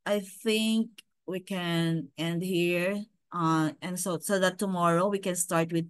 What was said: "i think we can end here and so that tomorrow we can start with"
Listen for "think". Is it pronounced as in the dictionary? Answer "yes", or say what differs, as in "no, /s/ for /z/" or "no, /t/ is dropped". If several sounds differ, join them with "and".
yes